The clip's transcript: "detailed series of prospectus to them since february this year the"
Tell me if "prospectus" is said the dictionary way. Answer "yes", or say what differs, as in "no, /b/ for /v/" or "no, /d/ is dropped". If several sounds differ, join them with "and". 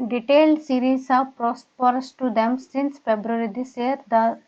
no, /k/ is dropped